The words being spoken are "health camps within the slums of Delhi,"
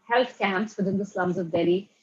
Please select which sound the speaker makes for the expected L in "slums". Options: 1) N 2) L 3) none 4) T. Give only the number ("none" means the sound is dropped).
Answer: 2